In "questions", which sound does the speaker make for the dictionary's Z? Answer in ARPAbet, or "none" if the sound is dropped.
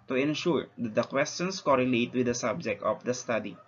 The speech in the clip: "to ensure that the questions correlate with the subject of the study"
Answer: S